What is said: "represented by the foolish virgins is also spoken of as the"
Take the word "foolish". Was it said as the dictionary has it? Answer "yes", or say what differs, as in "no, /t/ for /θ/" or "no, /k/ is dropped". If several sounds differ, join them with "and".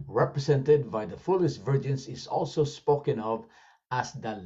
no, /s/ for /ʃ/